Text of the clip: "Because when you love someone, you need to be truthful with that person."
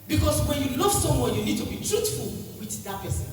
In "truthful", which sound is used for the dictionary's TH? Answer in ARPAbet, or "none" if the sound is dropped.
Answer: T